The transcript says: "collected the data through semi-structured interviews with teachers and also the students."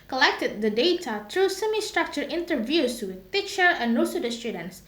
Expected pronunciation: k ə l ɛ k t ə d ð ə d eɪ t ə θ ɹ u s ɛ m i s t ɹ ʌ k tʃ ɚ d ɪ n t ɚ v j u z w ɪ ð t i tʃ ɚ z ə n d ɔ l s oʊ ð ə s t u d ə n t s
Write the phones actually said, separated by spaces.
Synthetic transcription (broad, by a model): k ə l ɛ k t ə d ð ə d eɪ t ə t ɹ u s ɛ m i s t ɹ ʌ k tʃ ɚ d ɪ n t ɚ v j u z w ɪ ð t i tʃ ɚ ə n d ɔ s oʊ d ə s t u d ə n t s